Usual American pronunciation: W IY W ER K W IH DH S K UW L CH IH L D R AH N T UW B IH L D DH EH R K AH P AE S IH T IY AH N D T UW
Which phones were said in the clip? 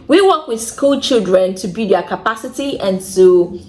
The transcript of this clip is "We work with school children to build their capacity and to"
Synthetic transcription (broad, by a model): W IY W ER K W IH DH S K UW L CH IH L D R AH N T UW B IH D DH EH K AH P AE S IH T IY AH N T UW